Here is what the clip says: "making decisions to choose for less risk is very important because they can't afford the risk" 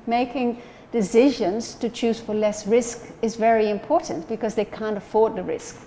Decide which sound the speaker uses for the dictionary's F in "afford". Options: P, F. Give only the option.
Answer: F